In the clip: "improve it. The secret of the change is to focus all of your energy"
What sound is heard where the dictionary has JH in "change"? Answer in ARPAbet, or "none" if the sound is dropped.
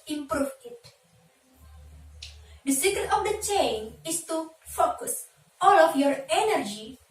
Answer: none